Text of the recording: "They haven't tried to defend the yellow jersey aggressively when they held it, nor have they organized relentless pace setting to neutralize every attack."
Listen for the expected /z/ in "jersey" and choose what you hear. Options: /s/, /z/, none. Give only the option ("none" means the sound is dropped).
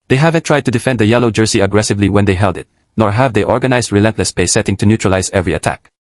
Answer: /s/